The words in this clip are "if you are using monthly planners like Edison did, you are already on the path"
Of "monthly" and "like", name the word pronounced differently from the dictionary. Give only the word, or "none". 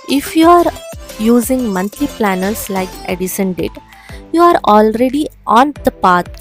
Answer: monthly